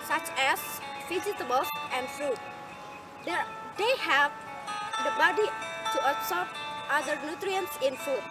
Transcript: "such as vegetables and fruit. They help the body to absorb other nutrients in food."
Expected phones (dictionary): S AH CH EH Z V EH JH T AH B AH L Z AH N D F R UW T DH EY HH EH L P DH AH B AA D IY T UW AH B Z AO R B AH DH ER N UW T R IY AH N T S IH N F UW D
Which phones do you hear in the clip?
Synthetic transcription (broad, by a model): S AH CH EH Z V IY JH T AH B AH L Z AH N D F R UW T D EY HH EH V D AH B AA D IY T UW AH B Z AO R AH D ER N UW T R IY AH N T S IH N F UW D